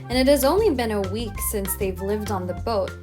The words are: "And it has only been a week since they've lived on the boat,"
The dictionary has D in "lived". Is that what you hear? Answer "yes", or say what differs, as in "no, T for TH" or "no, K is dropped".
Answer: yes